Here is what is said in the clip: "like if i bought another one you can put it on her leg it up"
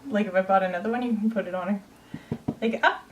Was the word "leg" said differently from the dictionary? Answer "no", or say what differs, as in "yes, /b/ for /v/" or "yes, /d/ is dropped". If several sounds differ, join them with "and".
yes, /ɡ/ is dropped